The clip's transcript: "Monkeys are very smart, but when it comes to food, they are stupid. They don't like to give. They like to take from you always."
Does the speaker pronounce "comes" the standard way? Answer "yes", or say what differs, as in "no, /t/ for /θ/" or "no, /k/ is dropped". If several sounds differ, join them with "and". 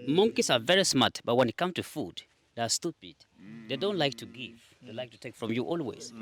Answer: no, /z/ is dropped